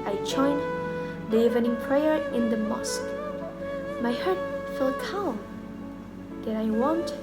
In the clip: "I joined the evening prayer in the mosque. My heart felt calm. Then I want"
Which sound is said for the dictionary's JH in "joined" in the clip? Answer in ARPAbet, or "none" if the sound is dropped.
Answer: CH